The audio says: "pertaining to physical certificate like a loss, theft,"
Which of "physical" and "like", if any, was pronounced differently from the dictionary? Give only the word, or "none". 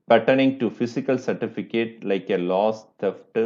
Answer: physical